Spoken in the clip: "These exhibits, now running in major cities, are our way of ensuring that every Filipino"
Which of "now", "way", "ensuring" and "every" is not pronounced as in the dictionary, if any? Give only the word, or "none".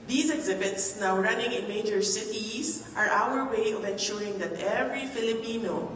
none